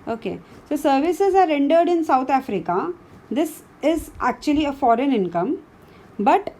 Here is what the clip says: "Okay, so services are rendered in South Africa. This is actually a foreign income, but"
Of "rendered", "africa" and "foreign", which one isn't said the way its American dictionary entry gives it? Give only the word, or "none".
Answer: none